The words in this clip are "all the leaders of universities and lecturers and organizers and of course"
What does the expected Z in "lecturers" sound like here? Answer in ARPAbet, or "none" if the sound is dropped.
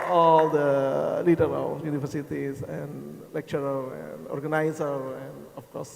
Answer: none